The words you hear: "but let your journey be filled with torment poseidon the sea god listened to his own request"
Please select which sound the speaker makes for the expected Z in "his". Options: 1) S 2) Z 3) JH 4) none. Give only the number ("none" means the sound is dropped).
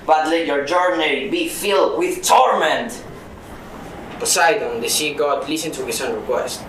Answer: 1